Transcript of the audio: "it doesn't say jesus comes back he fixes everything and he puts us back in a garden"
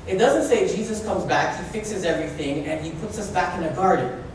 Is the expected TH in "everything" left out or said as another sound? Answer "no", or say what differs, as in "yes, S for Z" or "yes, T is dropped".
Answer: no